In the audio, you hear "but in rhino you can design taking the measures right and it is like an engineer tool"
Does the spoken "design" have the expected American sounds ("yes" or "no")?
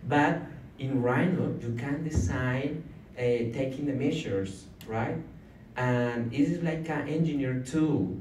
no